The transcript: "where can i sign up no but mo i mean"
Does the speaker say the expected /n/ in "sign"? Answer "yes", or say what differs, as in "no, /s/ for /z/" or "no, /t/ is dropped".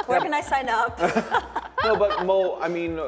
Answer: yes